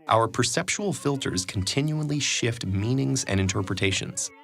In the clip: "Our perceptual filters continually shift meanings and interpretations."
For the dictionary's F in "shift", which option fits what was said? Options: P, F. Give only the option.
F